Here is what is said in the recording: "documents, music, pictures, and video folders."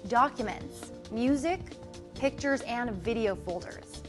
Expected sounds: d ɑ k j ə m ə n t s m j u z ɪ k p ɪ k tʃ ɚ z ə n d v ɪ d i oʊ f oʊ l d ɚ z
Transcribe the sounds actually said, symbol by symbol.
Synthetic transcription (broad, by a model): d ɑ k j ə m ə n t s m j u z ɪ k p ɪ k tʃ ɚ z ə n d v ɪ d i oʊ f oʊ l d ɚ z